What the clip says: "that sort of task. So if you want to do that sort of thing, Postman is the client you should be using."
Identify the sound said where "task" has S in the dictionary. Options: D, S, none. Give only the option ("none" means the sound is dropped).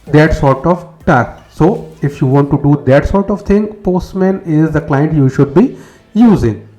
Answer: none